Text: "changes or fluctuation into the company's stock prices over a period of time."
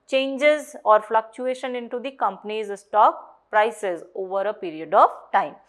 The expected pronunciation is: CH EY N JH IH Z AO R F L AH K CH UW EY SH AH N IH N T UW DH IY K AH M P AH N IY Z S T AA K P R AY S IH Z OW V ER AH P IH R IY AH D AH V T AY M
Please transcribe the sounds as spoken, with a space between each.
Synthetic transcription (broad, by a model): CH EY N JH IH Z AO R F L AH K CH UW EY SH AH N IH N T UW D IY K AH M P AH N IY Z S T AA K P R AY S IH Z OW V ER AH P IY R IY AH D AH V T AY M